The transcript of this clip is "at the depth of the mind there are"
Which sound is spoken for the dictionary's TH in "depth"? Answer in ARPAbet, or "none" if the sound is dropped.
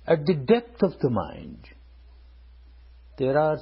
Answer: T